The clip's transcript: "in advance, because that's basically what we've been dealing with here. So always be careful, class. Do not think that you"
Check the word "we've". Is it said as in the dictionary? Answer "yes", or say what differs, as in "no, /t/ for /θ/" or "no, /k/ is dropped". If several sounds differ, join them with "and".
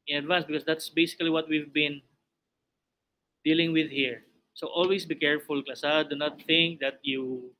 yes